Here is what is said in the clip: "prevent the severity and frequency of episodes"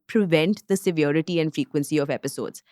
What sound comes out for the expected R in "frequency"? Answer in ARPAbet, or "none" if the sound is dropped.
R